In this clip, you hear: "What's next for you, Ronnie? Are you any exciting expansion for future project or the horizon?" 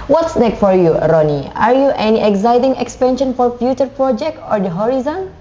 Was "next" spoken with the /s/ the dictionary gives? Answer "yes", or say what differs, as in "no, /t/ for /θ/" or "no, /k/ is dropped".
no, /s/ is dropped